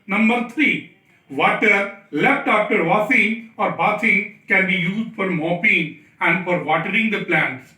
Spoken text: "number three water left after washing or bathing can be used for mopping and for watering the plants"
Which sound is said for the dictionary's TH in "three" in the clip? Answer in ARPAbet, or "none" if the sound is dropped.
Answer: T